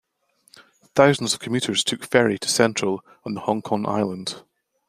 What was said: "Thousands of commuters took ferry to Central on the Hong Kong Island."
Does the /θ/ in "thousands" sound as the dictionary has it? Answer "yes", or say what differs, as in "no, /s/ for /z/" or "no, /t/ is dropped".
yes